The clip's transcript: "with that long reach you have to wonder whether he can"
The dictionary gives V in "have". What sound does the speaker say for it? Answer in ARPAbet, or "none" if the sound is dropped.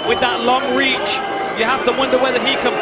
F